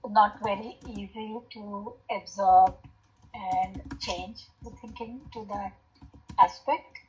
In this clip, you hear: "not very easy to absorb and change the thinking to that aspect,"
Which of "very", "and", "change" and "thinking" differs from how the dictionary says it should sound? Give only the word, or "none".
thinking